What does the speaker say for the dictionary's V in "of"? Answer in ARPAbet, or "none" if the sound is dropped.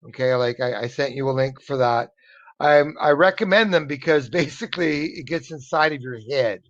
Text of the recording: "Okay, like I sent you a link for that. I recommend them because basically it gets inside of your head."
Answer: V